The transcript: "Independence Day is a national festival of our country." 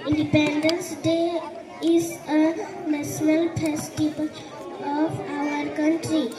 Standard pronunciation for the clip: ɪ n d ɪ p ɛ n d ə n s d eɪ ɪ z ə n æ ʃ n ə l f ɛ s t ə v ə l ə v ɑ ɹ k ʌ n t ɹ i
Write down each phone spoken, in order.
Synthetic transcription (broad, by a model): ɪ n d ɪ p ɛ n d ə n s d eɪ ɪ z ə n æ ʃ n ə l p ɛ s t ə b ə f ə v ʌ ɹ k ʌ n t ɹ i